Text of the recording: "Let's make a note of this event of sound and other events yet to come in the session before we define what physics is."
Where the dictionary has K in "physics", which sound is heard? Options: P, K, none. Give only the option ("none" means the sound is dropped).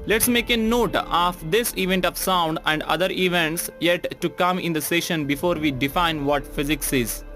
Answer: K